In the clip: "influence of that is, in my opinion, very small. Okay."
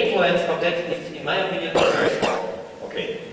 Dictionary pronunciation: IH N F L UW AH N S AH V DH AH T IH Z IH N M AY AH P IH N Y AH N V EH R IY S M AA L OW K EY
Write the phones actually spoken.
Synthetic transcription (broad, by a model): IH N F L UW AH N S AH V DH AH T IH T IH N M AY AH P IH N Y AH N P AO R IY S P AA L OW K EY